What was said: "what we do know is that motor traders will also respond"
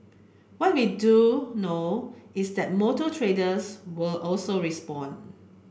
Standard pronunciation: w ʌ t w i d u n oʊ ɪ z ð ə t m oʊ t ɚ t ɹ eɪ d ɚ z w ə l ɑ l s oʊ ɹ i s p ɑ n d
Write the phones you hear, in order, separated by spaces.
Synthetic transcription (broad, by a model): w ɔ t w i d u n oʊ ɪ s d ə t m oʊ t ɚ t ɹ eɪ d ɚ s w ə l ɑ l s oʊ ɹ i s p ɑ n